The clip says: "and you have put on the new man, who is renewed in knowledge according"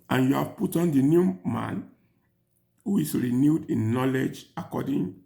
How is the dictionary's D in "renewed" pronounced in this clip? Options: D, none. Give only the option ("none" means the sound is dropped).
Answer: D